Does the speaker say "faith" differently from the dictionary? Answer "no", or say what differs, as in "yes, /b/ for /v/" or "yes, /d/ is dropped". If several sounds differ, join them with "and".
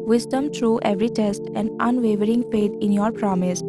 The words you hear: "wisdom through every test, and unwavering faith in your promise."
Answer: yes, /p/ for /f/